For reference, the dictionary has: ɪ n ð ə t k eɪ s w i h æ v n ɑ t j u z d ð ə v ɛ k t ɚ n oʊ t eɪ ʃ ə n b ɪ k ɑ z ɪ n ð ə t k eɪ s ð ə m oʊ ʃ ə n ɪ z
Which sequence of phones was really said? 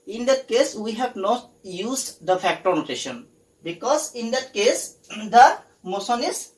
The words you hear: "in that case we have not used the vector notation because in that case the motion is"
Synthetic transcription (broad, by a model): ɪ n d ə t k eɪ s w i h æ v n ɑ t j u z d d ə f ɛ k t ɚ n oʊ t eɪ ʃ ə n b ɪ k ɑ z ɪ n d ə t k eɪ s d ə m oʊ s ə n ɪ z